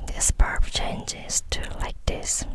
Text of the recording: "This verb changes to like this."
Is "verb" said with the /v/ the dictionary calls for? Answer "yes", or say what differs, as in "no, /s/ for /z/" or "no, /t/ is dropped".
no, /p/ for /v/